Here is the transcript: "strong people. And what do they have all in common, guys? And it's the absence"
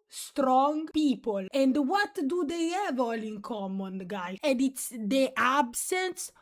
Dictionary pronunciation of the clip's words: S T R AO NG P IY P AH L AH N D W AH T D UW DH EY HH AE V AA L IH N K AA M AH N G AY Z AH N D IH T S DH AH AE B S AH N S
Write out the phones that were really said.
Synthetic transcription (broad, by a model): S T R AO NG P IY P AH L AH N D W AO T D UW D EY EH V AA L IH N K AA M AH N G AY AH N D IH T S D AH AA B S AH N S